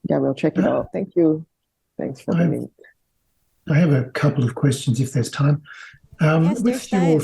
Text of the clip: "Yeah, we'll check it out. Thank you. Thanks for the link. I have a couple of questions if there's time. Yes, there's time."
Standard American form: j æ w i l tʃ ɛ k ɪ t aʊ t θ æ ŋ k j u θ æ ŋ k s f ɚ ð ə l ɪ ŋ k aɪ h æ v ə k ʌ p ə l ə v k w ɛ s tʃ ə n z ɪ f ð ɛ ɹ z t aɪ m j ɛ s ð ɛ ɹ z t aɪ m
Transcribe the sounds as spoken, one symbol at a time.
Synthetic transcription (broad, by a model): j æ w i l tʃ ɛ k ɪ t aʊ t θ æ ŋ k j u θ æ ŋ k s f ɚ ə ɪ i aɪ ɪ v ə k ʌ p l ə v k w ɛ s tʃ ə n z ɪ f ð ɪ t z t aɪ m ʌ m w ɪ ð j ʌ